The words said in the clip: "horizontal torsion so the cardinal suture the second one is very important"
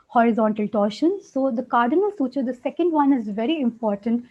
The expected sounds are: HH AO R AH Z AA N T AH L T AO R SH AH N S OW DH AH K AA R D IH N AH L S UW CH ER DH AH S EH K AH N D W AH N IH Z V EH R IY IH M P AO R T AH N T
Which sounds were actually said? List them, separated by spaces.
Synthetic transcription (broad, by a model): HH AO R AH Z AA N T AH L T AO R SH AH N S OW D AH K AA R D IH N AH L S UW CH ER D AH S EH K AH N D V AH N IH Z V EH R IY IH M P AO R T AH N T